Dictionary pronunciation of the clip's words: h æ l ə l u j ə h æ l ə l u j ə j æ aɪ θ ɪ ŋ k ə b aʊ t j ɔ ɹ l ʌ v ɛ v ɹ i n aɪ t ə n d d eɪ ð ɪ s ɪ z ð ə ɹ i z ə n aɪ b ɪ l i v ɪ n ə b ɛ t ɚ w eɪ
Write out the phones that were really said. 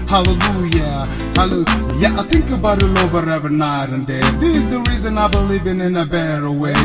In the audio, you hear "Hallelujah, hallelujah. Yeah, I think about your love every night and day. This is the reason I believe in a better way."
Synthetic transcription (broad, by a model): h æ l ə l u j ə h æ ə l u j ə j aɪ θ ɪ ŋ k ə b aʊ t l ɔ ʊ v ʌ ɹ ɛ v i n aɪ t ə n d d eɪ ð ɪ ɪ z ð ə ɹ i z ə n aɪ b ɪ l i v ɪ n ə b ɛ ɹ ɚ w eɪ